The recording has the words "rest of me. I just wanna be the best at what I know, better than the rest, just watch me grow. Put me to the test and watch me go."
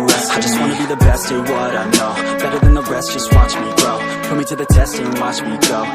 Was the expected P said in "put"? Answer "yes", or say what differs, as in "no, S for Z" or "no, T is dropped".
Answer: no, F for P